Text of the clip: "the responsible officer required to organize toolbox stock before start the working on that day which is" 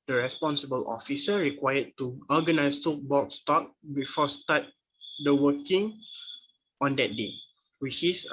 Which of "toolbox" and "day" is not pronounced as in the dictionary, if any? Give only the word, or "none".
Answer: toolbox